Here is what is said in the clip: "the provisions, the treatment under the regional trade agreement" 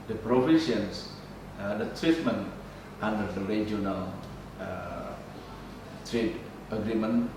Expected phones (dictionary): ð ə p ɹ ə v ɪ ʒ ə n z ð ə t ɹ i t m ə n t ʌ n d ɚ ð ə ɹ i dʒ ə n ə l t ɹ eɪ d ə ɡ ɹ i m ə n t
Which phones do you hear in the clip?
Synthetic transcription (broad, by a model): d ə p ɹ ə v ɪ ʃ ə n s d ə t ɹ i t m ə n t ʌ n d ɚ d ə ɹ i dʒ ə n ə l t ɹ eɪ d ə ɡ ɹ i m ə n